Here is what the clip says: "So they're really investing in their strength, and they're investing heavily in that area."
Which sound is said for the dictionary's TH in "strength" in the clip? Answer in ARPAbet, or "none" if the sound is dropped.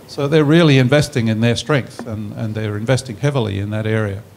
TH